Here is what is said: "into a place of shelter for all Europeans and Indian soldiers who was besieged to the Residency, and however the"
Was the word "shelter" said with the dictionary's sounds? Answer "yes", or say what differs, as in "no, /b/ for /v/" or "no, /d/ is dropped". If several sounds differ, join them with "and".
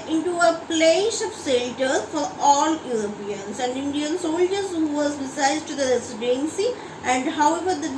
no, /s/ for /ʃ/